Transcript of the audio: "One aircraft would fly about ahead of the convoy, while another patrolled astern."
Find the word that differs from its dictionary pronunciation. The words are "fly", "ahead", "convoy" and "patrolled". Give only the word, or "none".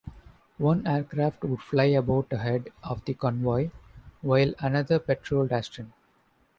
none